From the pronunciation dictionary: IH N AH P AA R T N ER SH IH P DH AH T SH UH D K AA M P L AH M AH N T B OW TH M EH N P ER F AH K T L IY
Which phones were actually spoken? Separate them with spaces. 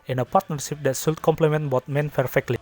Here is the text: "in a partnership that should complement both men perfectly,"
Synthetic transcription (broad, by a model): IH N AH P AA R T N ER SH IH P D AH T S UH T K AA M P L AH M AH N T B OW T M EH N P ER F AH K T L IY